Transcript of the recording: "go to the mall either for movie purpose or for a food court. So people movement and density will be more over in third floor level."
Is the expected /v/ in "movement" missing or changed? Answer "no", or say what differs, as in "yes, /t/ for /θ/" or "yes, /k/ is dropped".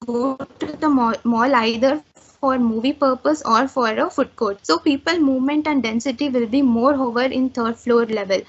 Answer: no